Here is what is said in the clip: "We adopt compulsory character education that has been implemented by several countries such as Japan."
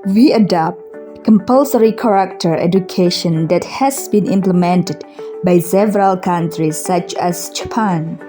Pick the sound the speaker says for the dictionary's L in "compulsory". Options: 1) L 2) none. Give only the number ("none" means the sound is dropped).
1